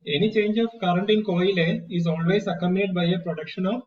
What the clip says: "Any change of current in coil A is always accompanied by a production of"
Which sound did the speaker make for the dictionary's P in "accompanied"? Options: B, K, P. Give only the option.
B